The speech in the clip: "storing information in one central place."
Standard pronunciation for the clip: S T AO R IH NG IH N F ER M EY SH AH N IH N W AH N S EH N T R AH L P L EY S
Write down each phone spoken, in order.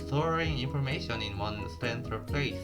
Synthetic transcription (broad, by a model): S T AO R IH NG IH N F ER M EY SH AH N IH N W AH N S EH N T AH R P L EY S